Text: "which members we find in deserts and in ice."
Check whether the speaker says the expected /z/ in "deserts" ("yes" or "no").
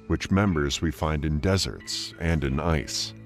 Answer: yes